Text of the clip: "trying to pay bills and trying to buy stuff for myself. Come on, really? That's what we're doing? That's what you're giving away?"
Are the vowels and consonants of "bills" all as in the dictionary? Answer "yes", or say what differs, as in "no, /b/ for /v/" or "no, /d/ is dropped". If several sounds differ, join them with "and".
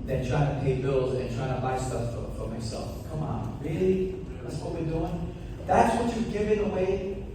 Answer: yes